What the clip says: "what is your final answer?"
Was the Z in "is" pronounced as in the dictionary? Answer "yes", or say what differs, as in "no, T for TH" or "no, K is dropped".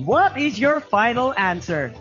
yes